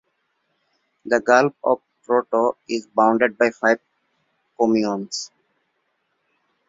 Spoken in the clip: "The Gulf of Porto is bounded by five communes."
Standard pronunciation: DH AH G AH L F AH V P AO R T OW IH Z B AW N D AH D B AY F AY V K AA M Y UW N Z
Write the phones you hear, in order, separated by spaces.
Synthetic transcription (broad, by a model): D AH G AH L P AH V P AO T OW IH Z B AW N D AH D B AY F AY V K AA M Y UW N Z